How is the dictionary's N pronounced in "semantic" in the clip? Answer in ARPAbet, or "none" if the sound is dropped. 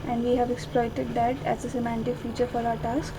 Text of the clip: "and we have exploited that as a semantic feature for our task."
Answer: N